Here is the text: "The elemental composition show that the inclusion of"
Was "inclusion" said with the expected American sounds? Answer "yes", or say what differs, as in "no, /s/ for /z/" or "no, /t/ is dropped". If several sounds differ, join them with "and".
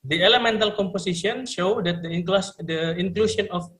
no, /ʃ/ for /ʒ/